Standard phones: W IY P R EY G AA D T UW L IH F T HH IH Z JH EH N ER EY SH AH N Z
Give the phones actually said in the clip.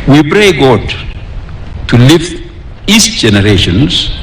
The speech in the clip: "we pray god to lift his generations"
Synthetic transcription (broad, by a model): W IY B R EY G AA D T UW L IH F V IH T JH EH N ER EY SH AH N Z